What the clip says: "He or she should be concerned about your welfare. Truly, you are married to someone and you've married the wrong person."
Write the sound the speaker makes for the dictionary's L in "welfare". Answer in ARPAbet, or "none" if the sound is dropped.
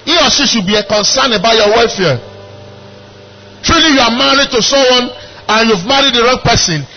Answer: none